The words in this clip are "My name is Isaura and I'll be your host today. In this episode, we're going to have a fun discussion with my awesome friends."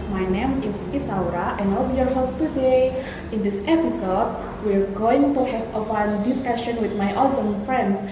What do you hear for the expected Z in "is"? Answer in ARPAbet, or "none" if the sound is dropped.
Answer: S